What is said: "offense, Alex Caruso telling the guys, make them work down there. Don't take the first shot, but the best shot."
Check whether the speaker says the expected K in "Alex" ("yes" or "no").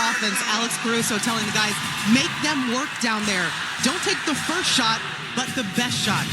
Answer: yes